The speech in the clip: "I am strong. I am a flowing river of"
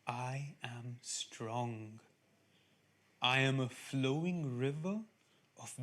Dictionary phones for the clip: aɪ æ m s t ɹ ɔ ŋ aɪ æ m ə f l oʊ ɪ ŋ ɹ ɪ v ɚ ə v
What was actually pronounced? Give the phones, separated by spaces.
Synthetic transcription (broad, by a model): aɪ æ m s t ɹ ɔ ŋ aɪ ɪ m ə f l oʊ ɪ ŋ ɹ ɪ v ɚ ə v